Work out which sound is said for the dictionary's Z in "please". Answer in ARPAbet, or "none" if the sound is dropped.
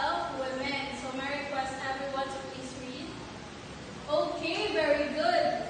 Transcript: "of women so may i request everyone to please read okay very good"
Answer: S